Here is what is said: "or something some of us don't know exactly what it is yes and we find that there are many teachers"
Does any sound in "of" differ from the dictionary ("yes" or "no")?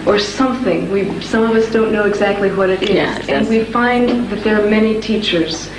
no